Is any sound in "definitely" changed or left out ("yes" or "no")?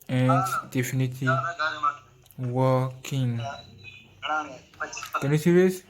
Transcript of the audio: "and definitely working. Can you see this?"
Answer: yes